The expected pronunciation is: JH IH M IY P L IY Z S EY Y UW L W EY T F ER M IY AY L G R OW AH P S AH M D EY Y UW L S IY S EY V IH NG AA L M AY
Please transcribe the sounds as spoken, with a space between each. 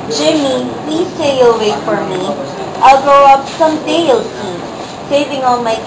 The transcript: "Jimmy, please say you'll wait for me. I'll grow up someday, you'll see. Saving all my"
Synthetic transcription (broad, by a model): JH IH M IY P L IY Z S EY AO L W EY F ER M IY AY L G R OW AH P S AH M D EY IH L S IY S EY V IH NG AA L M AY